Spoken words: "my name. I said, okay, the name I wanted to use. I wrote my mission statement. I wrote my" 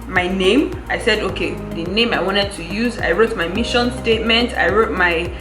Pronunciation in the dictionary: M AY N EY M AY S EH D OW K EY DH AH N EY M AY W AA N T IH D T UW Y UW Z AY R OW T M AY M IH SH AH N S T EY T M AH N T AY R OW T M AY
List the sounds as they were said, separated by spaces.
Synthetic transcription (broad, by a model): M AY N EY M AY S EH D OW K EY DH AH N EY M AY W AA N T IH D T UW Y UW Z AY R OW T M AY M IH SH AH N S T EY T M AH N T AY R OW T M AY